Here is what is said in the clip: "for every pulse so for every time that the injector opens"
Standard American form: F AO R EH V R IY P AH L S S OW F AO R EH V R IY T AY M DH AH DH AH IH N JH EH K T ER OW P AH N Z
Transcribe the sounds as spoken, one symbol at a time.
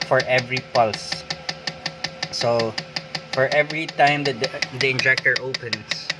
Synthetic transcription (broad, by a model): F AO R EH V R IY P AH L S S OW F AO R EH V R IY T AY M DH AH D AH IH N JH EH K T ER OW P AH N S